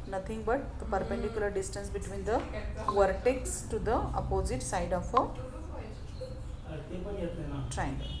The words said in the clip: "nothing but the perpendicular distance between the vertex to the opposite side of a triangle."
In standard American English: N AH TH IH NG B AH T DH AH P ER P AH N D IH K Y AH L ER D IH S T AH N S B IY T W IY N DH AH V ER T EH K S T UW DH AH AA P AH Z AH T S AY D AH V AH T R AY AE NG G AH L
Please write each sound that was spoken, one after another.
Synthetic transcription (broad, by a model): N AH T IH NG B AH T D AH P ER P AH N D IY K Y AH L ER D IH S T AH N S B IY T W IY N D AH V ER T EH K S T UW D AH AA P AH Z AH T S AY D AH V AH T R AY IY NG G